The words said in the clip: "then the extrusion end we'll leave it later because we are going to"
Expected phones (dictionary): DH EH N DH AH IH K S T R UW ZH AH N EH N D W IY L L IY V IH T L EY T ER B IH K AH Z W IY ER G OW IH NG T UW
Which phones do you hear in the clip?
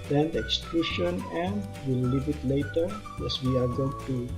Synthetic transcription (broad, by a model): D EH N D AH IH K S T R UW SH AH N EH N W IY L L IY V IH T L EY T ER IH AH S W IY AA G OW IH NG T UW